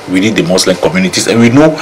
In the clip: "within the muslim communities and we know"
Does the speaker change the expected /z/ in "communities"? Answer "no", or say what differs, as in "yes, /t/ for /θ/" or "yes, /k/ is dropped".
yes, /s/ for /z/